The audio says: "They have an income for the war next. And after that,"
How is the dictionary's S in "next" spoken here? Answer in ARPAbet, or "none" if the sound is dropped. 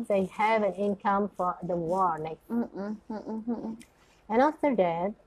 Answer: none